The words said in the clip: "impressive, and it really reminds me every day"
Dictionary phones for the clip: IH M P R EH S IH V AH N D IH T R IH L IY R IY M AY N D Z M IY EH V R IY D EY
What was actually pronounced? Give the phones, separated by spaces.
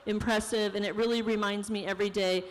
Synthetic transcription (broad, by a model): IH M P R EH S IH V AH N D IH T R IH L IY R IY M AY N D Z M IY EH V R IY D EY